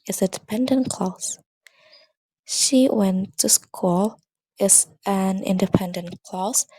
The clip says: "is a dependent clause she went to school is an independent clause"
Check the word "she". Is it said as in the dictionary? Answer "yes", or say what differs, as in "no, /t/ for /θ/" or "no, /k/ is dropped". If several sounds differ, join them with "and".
yes